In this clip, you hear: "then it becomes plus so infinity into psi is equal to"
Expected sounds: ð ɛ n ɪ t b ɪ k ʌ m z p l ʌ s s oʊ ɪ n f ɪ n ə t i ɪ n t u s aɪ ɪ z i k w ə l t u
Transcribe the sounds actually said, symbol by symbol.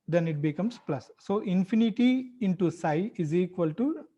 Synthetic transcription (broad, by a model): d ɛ n ɪ t b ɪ k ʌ m s p l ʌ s s oʊ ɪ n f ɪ n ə t i ɪ n t u s aɪ ɪ z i k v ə l t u